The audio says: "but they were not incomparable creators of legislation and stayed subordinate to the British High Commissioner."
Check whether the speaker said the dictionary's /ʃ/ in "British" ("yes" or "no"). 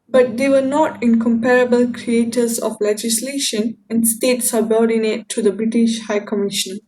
yes